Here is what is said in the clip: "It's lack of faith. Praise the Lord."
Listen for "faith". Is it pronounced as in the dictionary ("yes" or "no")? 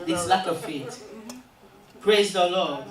no